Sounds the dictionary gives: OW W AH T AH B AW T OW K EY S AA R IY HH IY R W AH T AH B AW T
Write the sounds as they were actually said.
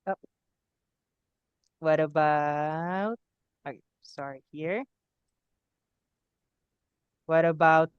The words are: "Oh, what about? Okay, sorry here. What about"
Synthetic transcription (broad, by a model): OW W AH T AH B AW T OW IH S AA R IY HH IY R W AH T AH B AW T